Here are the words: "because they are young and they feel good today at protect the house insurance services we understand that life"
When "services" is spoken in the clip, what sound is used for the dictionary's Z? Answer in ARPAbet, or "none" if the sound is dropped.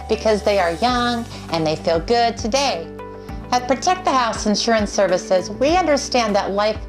Z